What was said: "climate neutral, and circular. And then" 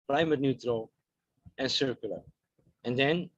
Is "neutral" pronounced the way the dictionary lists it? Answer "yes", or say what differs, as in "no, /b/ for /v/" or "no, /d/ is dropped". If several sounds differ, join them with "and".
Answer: yes